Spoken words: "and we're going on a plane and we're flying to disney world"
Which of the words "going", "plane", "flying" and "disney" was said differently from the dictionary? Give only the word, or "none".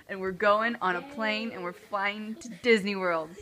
flying